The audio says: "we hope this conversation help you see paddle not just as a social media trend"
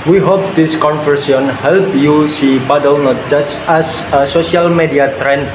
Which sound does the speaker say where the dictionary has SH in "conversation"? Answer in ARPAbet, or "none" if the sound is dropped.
none